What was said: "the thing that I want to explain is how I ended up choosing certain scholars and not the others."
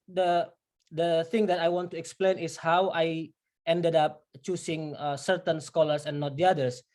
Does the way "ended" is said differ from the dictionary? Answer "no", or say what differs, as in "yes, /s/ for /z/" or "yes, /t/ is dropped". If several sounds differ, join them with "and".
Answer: no